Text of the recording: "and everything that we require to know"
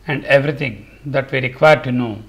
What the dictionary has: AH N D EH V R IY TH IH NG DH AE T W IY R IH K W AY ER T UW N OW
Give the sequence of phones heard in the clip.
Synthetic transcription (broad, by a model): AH N D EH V R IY T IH NG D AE T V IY R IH K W AY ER T UW N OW